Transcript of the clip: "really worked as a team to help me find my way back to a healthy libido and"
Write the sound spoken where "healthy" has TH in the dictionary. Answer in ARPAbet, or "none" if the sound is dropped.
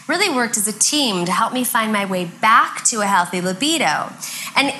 TH